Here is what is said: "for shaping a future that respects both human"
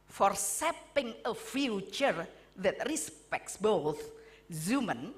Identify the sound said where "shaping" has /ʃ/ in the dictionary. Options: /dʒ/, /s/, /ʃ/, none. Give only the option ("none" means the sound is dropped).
/s/